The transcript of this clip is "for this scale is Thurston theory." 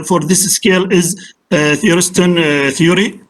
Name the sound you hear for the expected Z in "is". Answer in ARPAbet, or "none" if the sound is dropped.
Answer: Z